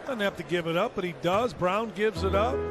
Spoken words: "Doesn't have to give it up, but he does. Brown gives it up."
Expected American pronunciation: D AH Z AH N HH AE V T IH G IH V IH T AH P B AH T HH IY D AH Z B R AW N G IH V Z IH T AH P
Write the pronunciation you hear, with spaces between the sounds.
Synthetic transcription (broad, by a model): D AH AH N HH AE F T IH G IH V IH T AH P B AH T HH IY D AH Z B R AW N G IH V Z IH T AH P